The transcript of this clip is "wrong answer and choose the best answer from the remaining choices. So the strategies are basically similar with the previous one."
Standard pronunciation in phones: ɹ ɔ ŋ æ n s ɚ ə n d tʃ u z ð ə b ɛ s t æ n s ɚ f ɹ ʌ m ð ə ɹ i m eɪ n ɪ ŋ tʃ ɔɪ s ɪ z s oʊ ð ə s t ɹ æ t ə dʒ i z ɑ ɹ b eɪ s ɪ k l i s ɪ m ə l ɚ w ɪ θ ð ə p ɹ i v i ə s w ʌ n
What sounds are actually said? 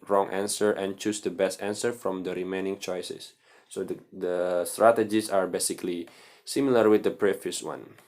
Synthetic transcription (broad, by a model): ɹ ɔ ŋ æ n s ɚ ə n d tʃ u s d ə b ɛ s t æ n s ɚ f ɹ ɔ m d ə ɹ i m eɪ n ɪ ŋ tʃ ɔɪ s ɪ s oʊ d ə s t ɹ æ t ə dʒ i s ɑ ɹ b eɪ s ɪ k l i s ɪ m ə l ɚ w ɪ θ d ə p ɹ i f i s w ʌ n